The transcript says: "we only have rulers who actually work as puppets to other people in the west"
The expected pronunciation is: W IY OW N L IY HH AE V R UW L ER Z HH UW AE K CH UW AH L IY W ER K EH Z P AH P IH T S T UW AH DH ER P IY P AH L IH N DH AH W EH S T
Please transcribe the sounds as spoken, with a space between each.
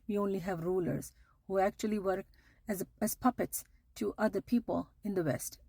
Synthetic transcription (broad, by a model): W IY OW N L IY HH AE V R UW L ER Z HH UW AE K CH UW AH L IY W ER K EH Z P AH P IH T S T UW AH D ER P IY P AH L IH N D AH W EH S T